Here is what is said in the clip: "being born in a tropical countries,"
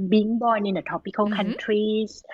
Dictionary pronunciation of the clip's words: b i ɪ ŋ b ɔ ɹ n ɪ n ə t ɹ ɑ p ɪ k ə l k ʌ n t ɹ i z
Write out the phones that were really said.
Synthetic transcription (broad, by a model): b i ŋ b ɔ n ɪ n ə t ɑ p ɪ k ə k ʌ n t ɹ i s